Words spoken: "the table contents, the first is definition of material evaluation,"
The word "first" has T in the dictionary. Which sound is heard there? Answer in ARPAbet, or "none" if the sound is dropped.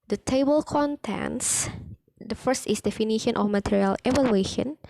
T